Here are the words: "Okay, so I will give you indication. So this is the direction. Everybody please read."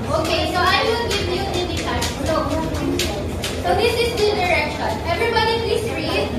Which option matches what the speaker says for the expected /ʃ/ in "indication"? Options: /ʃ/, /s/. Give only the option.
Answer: /s/